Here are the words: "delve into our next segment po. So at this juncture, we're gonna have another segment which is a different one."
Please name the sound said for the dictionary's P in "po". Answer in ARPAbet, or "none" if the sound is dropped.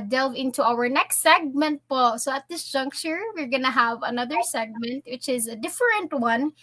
P